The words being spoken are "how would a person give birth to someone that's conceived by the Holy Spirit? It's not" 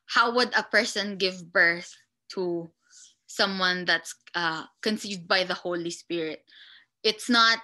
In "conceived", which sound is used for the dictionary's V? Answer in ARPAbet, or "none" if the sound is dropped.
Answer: V